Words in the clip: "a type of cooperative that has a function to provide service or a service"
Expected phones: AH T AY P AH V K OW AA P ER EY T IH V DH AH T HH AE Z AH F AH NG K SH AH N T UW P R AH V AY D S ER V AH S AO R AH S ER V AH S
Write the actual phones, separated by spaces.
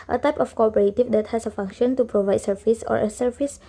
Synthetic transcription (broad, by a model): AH T AY P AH F K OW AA P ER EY T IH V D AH T HH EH S AH F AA NG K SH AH N T UW P R AH V AY D S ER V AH S AO R AH S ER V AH S